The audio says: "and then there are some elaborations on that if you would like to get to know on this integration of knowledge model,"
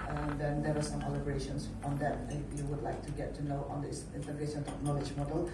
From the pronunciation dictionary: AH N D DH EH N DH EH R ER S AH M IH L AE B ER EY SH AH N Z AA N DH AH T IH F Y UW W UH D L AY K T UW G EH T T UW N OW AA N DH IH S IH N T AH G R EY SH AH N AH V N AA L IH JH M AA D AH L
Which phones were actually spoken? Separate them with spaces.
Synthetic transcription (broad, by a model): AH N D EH N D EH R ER S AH M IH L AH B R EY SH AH N S AA N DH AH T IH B Y UW W UH D L AY K T UW G EH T T UW N OW AA N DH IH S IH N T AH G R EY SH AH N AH P N AA L IH JH M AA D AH L